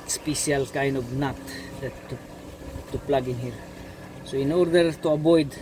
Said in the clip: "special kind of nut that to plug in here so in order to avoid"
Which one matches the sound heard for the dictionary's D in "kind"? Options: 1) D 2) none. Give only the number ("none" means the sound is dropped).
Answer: 2